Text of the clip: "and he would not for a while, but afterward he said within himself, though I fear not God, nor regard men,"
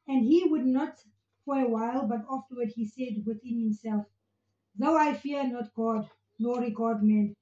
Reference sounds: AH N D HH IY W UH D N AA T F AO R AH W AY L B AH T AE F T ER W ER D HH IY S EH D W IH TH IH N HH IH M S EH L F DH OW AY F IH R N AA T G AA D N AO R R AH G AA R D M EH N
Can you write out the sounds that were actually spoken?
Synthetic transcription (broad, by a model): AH N D HH IY W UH D N AA T F AO R AH W AY L B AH T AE F T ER W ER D HH IY S EH D W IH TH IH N HH IH M S EH L F DH OW AY F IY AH N AA T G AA D L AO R R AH G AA D M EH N